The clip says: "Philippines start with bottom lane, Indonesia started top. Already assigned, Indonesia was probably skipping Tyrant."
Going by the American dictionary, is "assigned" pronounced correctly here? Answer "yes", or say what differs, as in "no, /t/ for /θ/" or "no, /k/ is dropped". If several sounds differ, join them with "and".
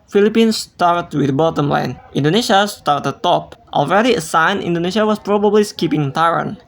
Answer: no, /d/ is dropped